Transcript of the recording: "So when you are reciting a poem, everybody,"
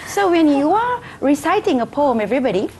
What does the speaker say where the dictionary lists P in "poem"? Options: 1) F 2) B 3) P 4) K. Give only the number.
3